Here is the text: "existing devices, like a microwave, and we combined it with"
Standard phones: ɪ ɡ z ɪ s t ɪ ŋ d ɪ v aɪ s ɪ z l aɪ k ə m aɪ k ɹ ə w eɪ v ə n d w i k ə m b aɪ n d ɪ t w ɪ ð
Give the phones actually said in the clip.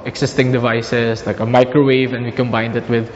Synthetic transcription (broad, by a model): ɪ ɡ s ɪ s t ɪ ŋ d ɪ v aɪ s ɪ s l aɪ k ə m aɪ k ɹ ə w eɪ v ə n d w i k ə m b aɪ n d ɪ t w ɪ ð